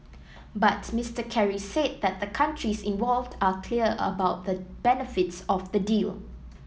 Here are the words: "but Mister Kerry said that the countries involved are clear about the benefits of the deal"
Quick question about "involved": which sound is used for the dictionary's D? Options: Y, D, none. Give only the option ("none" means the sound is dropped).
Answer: D